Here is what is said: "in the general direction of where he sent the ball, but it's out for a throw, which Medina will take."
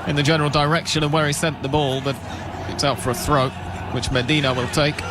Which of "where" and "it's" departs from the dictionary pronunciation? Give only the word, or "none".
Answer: none